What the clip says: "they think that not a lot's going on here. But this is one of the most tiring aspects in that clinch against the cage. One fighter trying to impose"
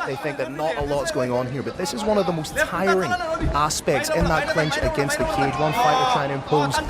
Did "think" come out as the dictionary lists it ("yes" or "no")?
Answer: yes